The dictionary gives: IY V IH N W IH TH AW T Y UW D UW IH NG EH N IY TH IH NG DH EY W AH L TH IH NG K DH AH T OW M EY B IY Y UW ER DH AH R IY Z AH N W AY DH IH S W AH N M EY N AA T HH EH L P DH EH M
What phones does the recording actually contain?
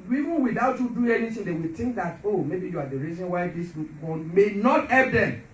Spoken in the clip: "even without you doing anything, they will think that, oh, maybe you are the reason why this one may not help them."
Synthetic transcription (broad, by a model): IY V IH N W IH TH AW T Y UW D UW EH N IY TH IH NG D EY W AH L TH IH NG K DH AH T OW M EY B IY Y UW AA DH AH R IY Z AH N W AY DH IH S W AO N M EY N AA T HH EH P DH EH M